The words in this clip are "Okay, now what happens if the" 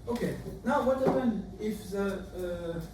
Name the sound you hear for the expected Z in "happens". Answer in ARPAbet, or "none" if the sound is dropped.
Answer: none